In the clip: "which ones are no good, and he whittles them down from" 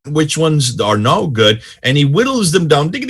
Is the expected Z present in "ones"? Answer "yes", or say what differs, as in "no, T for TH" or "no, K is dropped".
yes